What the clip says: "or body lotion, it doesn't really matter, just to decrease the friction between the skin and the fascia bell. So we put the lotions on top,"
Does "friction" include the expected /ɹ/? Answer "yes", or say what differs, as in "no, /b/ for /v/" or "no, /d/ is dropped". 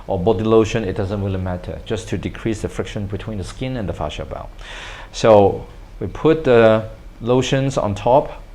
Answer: yes